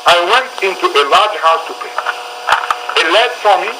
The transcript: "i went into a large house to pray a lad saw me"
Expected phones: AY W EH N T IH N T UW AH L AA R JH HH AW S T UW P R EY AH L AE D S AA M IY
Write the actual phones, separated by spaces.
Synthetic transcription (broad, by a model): AY W EH N T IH N T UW AH L AA R JH HH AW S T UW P EY AH L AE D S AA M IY